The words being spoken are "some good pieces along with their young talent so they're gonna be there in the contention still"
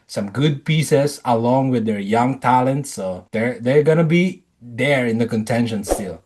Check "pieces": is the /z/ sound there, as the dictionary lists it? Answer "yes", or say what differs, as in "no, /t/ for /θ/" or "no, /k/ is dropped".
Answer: no, /s/ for /z/